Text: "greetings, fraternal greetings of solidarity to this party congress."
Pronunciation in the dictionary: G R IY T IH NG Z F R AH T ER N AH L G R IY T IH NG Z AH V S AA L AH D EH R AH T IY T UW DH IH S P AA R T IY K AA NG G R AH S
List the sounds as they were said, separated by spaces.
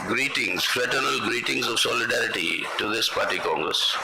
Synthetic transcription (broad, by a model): G R IY T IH NG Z F R AH T ER N AH L G R IY T IH NG Z AH V S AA L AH D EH R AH T IY T UW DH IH S P AA R T IY K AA NG G R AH S